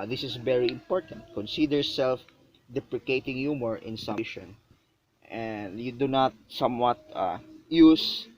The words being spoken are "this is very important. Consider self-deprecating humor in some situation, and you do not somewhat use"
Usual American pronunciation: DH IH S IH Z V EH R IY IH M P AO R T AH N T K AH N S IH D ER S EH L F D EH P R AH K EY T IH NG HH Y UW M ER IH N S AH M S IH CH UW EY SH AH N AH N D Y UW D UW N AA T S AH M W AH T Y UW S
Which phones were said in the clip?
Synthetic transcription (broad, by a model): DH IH S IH S V EH R IY IH M P AO R T AH N T K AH N S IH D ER S EH L F D EH P R AH K EY T IH NG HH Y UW M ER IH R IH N S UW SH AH N AH N D Y UW D UW N AA T S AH M W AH T Y UW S